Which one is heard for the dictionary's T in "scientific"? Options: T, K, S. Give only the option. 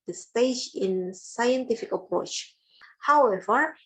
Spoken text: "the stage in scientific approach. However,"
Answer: T